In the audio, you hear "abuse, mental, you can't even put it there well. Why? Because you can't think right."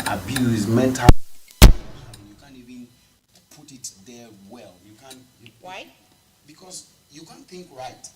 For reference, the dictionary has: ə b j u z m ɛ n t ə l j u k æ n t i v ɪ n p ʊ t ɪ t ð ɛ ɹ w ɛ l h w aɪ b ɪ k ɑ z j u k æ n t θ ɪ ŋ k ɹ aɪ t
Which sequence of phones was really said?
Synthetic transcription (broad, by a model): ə b j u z m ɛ n t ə n j u k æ n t i v ɪ n p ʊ t ɪ t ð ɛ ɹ w ɛ l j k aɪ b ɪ k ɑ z j u k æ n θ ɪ ŋ k ɹ aɪ t